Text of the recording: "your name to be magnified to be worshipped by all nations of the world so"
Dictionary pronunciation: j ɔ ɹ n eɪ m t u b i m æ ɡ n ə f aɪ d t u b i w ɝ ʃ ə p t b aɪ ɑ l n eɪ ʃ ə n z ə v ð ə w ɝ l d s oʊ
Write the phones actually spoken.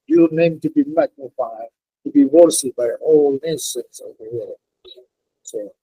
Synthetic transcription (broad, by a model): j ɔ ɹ n eɪ m t u b i m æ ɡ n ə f aɪ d t u b i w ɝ s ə b aɪ ɑ l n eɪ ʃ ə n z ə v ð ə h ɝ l s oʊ